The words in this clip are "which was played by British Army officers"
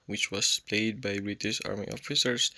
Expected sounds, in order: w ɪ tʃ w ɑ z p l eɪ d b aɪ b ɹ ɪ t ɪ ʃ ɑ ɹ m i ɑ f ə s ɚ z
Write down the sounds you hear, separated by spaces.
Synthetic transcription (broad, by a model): w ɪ tʃ w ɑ s p l eɪ d b aɪ b ɹ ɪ t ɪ ʃ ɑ ɹ m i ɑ f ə s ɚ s